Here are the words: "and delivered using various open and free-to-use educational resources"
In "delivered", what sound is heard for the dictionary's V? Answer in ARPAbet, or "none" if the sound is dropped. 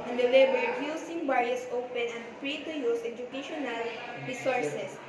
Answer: B